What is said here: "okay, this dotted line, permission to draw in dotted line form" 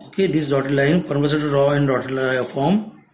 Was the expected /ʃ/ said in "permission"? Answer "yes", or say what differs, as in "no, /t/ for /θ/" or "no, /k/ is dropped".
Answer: no, /s/ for /ʃ/